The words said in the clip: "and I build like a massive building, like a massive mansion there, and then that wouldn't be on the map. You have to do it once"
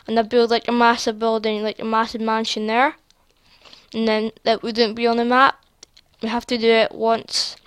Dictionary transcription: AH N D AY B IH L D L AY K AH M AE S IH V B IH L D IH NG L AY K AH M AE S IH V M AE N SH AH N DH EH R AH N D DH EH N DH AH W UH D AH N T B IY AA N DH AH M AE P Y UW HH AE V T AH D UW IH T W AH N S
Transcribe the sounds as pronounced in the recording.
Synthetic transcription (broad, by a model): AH N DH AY B IH L D L AY K AH M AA S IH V B IH L D IH NG L AY K AH M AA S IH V M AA N SH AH N DH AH R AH N DH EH N DH AH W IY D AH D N B IY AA N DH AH M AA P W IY HH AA F T AH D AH IH T W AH N S